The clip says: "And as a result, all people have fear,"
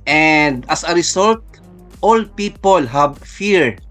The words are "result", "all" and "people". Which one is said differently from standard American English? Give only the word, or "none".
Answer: result